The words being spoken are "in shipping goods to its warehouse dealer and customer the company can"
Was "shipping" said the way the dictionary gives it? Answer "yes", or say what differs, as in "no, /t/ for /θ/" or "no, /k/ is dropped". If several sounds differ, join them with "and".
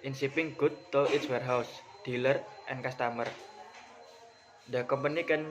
no, /s/ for /ʃ/